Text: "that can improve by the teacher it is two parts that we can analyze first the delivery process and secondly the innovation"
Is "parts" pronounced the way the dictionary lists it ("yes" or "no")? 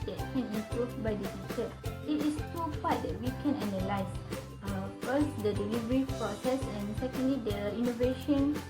no